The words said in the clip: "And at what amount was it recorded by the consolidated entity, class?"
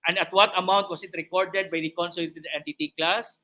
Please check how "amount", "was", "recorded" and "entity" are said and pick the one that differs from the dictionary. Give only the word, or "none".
was